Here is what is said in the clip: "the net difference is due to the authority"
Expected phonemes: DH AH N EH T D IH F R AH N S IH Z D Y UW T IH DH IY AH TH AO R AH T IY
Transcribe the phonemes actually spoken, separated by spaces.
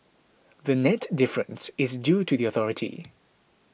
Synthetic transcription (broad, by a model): DH AH N EH T D IH F R AH N S IH Z D Y UW T IH DH IY AH TH AO R AH T IY